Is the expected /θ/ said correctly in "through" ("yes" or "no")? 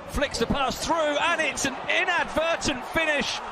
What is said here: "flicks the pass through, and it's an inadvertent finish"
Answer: yes